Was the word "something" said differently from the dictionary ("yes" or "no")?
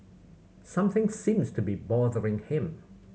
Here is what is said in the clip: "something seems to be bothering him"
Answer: no